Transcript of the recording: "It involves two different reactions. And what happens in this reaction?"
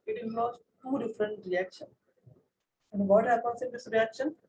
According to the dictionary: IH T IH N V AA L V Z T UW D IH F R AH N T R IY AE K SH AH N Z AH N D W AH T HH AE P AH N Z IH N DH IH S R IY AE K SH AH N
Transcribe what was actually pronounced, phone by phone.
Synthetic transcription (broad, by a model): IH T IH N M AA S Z T UW D IH F R AH N T R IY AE K SH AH N AH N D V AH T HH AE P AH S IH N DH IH S R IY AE K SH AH N